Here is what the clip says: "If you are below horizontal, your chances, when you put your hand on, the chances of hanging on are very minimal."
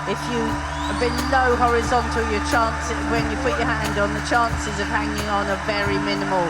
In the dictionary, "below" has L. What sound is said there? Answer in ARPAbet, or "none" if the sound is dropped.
N